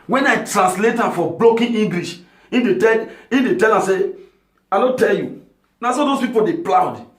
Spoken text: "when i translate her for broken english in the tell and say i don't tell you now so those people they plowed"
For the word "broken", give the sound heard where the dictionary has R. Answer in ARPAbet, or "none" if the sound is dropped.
L